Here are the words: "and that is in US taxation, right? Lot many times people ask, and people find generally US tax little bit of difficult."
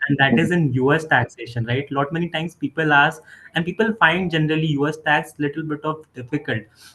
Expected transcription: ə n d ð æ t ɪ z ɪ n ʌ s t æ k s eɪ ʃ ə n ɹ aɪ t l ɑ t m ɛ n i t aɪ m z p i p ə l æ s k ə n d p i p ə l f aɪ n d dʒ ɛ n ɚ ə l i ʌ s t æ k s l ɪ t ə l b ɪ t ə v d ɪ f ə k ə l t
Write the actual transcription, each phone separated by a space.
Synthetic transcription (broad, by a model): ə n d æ t ɪ z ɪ n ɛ s t æ k s eɪ ʃ ə n ɹ aɪ t l ɑ t m ɛ n i t aɪ m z p i p ə l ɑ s ə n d p i p ə l f aɪ n d dʒ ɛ n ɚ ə l i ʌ s t æ k s l ɪ t ə l b ɪ t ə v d ɪ f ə k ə l t